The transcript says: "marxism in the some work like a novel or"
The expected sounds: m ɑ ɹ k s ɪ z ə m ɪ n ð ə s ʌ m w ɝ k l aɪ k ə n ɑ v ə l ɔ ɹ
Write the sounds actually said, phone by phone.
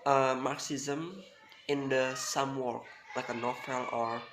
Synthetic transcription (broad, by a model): m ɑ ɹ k s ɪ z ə m ɪ n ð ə s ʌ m w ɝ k l aɪ k ə n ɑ f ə l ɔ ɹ